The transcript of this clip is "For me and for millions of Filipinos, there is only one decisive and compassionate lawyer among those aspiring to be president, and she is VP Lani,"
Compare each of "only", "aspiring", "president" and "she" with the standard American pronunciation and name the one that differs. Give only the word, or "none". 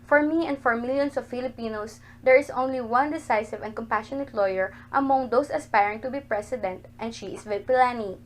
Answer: president